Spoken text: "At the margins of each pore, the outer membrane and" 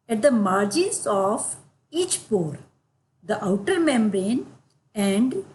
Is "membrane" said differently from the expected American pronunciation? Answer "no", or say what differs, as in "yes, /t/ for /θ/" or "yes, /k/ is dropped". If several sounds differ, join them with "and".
no